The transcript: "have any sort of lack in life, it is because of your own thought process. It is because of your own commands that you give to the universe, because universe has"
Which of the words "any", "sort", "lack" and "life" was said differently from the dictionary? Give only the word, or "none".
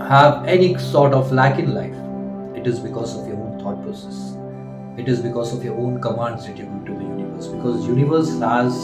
none